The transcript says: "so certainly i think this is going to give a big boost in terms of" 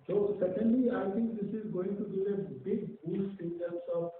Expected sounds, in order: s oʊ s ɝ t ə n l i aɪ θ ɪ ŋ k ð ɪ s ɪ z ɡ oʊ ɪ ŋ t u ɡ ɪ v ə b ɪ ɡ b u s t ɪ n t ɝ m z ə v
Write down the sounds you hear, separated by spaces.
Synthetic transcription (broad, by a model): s oʊ s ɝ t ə n l i aɪ t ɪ ŋ k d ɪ s ɪ z ɡ oʊ ɪ ŋ t u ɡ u ə b ɪ ɡ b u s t ɪ n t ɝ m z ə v